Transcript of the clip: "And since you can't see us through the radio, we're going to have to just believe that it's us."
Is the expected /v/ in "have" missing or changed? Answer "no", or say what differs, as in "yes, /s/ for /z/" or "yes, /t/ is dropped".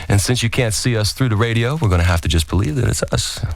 yes, /f/ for /v/